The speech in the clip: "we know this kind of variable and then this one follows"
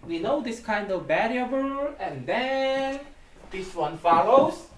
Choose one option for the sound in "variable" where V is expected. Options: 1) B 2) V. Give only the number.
1